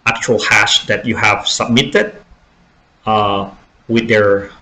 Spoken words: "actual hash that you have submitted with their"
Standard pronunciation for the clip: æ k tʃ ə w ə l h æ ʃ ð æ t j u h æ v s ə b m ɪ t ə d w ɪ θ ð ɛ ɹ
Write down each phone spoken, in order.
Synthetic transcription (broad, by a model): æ k tʃ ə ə l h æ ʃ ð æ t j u h æ v s ə b m ɪ t ə d w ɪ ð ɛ ɹ